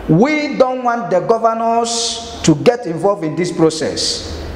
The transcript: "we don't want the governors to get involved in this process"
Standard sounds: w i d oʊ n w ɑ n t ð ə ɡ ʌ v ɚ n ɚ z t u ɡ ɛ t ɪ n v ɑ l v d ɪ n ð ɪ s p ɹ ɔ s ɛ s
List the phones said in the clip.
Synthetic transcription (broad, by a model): w i d oʊ n w ɑ n t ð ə ɡ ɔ v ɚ n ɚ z t u ɡ ɛ t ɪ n v ɑ l v ɪ n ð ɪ s p ɹ ɔ s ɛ s